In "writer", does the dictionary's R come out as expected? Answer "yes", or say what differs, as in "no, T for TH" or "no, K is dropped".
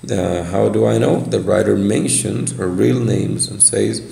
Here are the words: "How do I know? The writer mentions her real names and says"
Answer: yes